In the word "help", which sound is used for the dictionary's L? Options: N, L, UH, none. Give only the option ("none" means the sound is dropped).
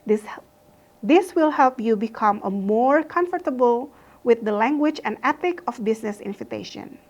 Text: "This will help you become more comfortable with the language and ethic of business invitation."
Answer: L